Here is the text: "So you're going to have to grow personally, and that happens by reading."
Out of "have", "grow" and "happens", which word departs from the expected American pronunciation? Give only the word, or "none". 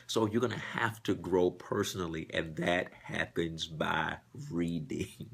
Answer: have